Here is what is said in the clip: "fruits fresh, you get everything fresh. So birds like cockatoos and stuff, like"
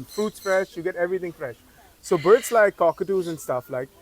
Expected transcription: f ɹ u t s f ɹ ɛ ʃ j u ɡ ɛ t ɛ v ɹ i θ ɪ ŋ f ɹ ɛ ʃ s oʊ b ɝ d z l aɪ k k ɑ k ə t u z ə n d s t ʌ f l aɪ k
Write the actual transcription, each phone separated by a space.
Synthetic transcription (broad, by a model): f ɹ u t s f ɹ ɛ ʃ j u ɡ ɛ t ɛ v ɹ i t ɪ ŋ f ɹ ɛ ʃ s oʊ b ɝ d s l aɪ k k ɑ k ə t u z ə n s t ʌ f l aɪ k